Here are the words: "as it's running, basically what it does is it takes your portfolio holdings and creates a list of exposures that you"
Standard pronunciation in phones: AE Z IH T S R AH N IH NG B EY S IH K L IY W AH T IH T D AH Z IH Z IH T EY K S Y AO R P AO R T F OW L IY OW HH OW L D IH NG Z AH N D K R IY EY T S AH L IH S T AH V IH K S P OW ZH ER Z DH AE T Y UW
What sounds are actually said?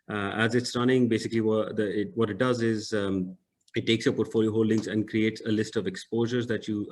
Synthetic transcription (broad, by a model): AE Z IH T S R AH N IH NG B EY S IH K L IY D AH T IH T D AH Z IH Z IH T EY K S Y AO P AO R T F OW L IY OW HH OW L D IH NG Z AH N D K R IY EY T S AH L IH S T AH V IH K S P OW ZH ER Z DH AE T Y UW